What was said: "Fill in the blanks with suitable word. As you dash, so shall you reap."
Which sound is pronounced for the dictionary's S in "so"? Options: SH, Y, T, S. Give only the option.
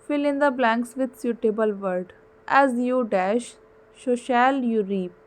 SH